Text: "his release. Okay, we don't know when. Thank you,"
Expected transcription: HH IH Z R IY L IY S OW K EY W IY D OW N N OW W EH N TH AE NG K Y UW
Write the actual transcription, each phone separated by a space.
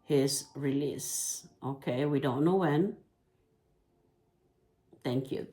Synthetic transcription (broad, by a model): HH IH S R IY L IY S OW K EY W IY D OW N N OW W EH N T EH NG K Y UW